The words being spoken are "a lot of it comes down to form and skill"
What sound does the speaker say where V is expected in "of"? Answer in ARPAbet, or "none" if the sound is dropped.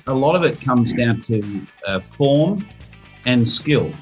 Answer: V